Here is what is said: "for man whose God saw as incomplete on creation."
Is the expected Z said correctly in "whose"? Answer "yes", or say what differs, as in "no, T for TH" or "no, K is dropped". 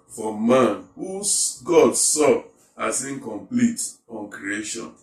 no, Z is dropped